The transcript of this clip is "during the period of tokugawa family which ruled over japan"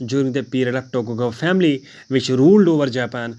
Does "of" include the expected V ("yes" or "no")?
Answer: no